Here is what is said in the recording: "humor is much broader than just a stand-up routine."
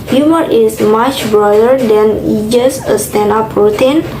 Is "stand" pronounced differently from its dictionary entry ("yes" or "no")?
yes